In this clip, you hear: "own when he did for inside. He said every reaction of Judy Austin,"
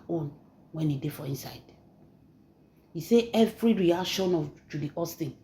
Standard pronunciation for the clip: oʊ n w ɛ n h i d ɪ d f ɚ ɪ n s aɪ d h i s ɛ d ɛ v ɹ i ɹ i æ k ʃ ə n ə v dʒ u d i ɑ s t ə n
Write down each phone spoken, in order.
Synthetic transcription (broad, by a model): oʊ n w ɛ n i d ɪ f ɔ ɪ n s aɪ d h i s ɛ ɛ v ɹ i ɹ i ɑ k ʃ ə n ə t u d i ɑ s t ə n